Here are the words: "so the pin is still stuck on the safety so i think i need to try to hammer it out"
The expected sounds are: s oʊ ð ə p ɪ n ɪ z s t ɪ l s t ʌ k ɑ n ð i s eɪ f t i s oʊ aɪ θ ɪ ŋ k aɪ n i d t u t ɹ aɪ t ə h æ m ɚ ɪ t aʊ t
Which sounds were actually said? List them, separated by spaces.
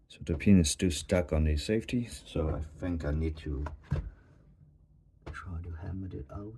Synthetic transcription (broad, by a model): s oʊ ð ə p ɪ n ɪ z s t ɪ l s t ʌ k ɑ n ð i s eɪ f t i s oʊ aɪ θ ɪ ŋ k aɪ n i d t u t ɹ aɪ t ə h æ m ɚ ɪ t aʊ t